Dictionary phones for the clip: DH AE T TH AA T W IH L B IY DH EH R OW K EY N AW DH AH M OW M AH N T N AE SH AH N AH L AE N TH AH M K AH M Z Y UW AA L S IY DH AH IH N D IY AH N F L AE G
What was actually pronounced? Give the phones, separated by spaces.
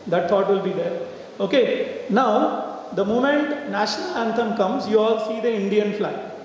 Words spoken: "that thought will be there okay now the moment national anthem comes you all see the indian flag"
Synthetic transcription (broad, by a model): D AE T T AA T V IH L B IY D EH R OW K EY N AW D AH M OW M AH N T N AE SH AH N AH L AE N T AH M K AH M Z Y UW AA L S IY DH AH IH N D IY AH N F L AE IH